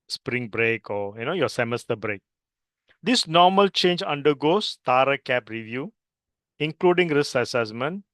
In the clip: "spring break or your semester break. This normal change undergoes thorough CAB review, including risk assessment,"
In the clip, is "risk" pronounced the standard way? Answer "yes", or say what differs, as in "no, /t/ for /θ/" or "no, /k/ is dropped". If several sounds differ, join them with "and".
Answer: no, /k/ is dropped